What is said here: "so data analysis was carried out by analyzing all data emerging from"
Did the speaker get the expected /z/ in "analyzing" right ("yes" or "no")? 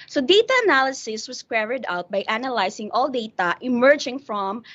no